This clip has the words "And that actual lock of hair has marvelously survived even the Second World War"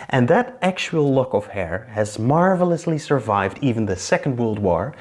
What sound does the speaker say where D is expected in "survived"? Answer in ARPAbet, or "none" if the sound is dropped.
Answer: D